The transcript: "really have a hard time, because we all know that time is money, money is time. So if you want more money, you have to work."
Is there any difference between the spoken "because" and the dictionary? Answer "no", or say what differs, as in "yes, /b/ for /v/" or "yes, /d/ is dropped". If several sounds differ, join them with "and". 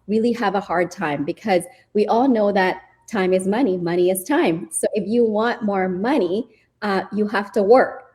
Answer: no